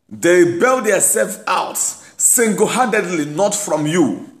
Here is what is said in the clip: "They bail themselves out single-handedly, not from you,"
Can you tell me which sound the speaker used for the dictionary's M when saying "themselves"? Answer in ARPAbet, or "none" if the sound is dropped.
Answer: none